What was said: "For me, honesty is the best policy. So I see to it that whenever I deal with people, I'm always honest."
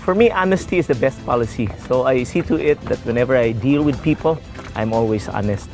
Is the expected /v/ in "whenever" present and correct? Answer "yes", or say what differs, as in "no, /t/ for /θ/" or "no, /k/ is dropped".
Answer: yes